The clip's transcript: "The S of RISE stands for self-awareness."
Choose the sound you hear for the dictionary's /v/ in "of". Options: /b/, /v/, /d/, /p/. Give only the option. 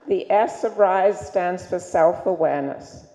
/v/